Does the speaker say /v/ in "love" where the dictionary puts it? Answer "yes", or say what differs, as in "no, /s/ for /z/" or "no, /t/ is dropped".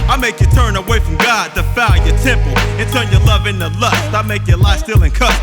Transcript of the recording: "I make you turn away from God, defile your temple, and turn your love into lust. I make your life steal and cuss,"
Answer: yes